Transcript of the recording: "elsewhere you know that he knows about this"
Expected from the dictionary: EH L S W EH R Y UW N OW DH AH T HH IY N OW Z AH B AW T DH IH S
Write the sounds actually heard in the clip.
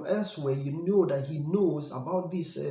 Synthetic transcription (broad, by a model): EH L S W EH Y UW N OW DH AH T HH IY N OW Z AH B AW T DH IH S